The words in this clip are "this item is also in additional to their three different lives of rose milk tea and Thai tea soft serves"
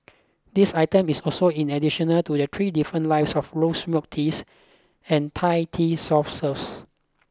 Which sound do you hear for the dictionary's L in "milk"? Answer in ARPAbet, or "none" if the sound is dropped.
none